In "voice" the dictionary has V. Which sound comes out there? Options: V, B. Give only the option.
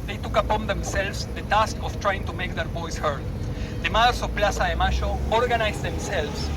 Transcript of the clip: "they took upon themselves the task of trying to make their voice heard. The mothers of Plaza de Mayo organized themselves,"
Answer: B